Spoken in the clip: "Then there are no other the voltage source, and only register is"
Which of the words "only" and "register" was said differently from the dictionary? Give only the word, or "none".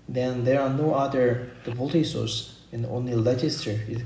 register